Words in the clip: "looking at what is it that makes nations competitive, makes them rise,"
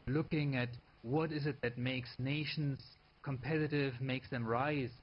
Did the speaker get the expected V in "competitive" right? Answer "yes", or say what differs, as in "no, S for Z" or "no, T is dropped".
yes